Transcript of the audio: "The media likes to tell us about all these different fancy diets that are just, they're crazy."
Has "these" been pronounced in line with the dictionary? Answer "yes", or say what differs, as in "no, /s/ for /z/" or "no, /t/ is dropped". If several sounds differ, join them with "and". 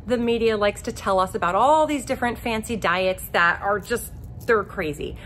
yes